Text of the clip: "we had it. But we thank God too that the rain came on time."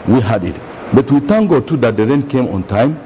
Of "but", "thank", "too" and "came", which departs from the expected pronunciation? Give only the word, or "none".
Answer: thank